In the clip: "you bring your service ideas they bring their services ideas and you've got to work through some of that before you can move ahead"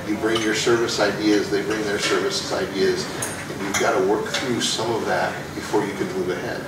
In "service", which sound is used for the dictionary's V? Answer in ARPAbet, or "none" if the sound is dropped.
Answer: V